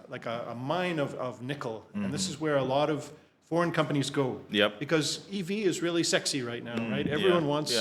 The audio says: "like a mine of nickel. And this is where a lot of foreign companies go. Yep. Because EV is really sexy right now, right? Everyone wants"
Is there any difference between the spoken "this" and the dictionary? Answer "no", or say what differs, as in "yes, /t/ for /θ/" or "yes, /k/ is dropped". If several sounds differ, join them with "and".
no